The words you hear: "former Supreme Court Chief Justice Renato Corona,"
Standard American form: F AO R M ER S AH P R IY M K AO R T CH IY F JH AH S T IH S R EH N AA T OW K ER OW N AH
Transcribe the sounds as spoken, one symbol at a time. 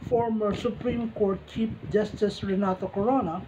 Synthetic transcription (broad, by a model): F AO R M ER S AH P R IY M K AO R T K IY P JH AH S T IH S R EH N AA T OW K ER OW N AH